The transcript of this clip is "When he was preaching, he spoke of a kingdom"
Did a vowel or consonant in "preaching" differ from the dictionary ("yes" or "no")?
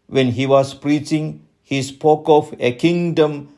no